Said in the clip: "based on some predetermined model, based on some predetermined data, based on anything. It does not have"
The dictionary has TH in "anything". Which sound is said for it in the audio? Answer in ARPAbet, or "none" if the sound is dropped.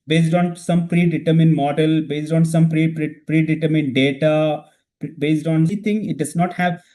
T